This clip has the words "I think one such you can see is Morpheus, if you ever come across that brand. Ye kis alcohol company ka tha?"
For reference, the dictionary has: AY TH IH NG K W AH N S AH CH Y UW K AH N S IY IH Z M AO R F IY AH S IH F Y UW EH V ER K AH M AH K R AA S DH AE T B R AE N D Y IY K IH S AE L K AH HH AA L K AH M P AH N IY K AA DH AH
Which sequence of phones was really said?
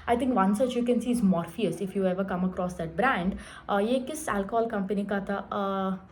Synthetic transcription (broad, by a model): AY T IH NG K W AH N S AH CH Y UW K AH N S IY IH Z M AO R F IY AH S IH F Y UW EH V ER K AH M AH K R AA S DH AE T B R AE N D Y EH K IH S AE L K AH HH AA L K AH M P AH N IY K AA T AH